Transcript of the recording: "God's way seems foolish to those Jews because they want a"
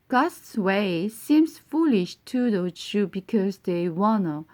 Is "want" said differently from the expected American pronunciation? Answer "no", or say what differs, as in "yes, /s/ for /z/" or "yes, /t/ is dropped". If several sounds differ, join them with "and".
yes, /t/ is dropped